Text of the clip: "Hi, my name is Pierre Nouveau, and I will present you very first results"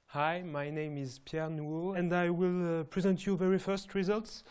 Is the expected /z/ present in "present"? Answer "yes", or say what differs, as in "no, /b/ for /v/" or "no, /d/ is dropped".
yes